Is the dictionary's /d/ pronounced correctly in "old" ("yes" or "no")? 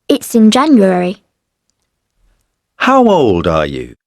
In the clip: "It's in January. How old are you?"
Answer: yes